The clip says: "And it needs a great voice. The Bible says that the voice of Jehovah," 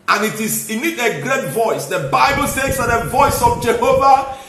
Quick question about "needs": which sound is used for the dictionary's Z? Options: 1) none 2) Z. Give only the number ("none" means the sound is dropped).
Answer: 1